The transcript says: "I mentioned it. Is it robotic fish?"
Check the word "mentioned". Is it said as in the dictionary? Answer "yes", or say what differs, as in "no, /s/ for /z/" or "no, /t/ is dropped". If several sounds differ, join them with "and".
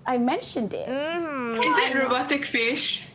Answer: yes